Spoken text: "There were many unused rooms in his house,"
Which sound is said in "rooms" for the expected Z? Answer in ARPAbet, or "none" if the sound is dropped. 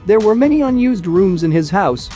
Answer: Z